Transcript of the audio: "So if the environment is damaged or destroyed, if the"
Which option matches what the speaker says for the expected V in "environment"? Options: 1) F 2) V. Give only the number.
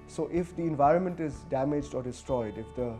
2